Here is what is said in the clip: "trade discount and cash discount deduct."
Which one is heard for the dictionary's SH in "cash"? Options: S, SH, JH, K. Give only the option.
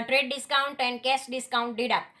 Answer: S